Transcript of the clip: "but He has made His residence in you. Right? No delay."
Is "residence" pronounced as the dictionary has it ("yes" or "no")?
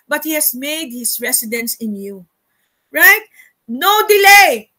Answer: no